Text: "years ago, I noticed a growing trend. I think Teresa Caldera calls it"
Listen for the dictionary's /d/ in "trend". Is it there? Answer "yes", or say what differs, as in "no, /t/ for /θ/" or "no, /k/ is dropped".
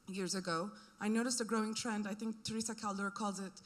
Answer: yes